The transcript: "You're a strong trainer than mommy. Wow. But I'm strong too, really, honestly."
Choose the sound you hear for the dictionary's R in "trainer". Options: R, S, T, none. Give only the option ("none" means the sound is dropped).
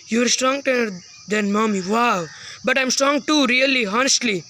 none